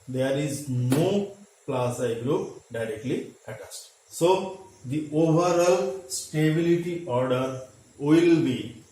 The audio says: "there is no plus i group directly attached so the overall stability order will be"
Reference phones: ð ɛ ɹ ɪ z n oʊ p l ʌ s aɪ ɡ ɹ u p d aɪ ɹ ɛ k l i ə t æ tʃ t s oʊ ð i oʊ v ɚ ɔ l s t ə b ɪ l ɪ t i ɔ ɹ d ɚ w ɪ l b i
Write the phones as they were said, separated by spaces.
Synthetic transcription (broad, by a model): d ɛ ɹ ɪ z n oʊ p l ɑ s aɪ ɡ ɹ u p d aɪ ɹ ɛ k l i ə t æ s t s oʊ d i oʊ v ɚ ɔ l s t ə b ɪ l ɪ t i ɔ ɹ d ɚ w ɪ l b i